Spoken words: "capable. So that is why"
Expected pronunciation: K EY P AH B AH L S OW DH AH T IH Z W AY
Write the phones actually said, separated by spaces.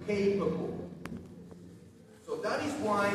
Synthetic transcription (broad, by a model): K EY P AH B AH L S OW DH AH T IH Z W AY